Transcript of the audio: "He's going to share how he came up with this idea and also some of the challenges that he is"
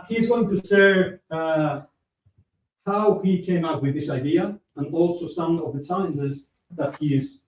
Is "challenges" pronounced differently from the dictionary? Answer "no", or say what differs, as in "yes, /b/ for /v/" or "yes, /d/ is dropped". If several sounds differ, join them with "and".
yes, /l/ is dropped